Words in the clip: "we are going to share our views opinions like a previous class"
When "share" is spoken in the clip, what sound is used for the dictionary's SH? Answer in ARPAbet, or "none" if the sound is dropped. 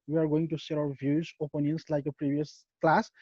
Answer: S